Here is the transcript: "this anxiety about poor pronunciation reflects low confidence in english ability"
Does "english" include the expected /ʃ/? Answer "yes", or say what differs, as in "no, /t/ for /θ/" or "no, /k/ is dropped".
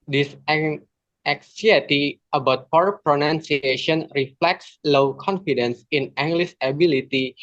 no, /s/ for /ʃ/